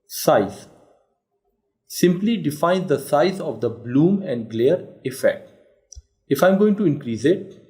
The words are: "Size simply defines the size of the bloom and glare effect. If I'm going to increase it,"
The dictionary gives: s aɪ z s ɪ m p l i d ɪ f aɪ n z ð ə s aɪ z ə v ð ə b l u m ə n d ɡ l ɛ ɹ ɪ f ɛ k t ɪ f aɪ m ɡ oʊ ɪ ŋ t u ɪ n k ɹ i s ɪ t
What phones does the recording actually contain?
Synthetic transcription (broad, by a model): s aɪ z s ɪ m p l i d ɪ f aɪ n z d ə s aɪ z ə v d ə b l u m ə n d ɡ l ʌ ɹ ɪ f ɛ k t ɪ f aɪ m ɡ oʊ ɪ ŋ t u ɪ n k ɹ i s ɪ t